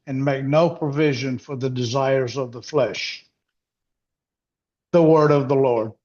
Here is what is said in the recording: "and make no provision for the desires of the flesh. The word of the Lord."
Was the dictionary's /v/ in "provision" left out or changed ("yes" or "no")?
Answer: no